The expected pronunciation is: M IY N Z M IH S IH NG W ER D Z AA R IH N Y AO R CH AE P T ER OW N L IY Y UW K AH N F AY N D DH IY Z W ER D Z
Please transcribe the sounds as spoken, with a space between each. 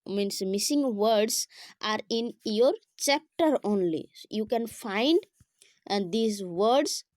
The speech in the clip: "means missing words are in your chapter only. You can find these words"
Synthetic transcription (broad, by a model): M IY N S M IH S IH NG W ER D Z AA R IH N Y AO R CH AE P T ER OW N L IY Y UW K AH N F AY N D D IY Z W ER D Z